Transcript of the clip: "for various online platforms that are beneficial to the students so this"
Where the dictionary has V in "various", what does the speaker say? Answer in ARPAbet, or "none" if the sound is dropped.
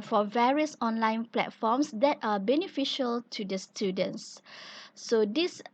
V